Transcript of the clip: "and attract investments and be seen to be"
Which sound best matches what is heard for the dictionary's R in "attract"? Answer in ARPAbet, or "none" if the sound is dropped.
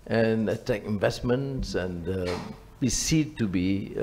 none